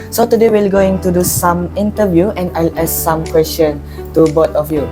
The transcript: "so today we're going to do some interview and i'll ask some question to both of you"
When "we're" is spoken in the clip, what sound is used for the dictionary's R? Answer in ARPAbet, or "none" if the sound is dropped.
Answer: L